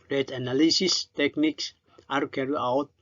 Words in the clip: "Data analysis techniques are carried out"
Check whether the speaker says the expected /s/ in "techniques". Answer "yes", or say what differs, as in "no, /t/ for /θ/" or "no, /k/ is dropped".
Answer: yes